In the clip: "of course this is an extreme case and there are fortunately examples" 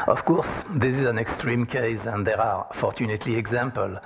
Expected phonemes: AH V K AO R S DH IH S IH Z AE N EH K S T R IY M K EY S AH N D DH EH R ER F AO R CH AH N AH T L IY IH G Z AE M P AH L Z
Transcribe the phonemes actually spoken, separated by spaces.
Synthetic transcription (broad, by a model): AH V K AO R S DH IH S IH Z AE N EH K S T R IY M K EY S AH N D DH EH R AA F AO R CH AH N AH T L IY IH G Z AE M P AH L